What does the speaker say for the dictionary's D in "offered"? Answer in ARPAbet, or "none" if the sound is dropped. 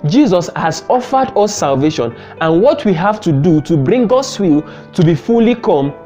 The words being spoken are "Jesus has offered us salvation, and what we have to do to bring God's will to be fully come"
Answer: D